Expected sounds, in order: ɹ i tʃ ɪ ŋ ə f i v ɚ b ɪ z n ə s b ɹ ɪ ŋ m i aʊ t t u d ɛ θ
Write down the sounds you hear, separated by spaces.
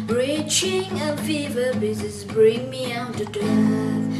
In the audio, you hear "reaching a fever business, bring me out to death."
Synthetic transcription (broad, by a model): ɹ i tʃ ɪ ŋ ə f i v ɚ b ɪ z ə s b ɹ ɪ ŋ m i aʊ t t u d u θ